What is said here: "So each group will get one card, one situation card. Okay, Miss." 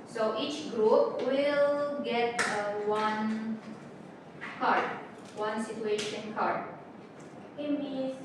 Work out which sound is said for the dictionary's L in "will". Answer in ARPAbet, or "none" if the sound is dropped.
L